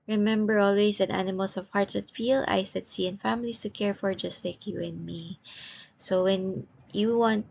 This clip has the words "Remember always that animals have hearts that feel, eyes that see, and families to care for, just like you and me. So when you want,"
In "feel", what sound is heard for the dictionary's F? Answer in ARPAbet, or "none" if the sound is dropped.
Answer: F